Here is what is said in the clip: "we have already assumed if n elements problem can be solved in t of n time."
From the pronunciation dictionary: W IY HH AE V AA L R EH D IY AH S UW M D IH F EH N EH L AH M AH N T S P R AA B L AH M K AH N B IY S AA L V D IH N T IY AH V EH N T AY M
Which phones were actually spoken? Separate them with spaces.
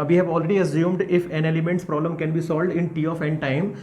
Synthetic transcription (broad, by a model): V IY HH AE V AA L R EH D IY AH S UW M D IH F EH N EH L AH M AH N T S P R AA B L AH M K AH N B IY S AA L V D IH N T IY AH F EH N T AY M